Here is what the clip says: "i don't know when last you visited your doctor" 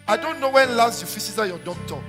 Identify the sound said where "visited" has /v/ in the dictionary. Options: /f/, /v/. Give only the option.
/f/